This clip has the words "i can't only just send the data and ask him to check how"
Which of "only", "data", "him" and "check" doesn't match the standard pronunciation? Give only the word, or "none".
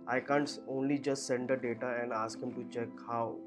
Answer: none